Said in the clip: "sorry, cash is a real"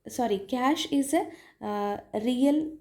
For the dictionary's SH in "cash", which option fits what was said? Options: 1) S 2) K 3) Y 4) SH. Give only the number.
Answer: 4